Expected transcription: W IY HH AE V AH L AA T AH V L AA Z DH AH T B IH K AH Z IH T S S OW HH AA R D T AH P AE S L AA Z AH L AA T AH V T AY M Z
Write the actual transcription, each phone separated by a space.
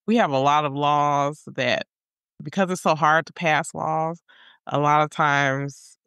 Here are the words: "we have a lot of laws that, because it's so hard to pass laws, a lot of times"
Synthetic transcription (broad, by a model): W IY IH V AH L AA T AH V L AA Z DH AH T B IH K AH Z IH T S S OW HH AA R D T AH P AE S L AA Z AH L AA T AH V T AY M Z